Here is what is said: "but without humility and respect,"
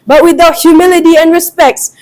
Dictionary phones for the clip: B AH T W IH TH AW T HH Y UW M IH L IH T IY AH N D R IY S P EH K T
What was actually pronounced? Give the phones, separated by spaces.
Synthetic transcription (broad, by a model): B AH T W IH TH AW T HH Y UW M IH L IH T IY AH N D R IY S P EH K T